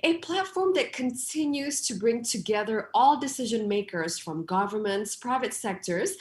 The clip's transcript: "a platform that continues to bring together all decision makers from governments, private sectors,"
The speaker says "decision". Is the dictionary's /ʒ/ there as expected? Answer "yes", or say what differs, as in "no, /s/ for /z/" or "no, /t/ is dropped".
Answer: yes